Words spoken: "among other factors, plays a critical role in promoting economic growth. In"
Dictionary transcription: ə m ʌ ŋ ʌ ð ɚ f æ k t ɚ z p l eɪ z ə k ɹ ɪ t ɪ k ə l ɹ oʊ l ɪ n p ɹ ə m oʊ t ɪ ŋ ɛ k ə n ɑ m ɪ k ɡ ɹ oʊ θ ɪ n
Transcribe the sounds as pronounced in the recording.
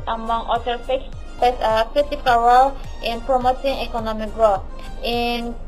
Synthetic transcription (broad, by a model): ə m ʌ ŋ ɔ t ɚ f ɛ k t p eɪ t ə k ɹ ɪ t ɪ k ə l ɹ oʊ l ɪ n p ɹ ə m oʊ t ɪ ŋ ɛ k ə n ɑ m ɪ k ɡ ɹ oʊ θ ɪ n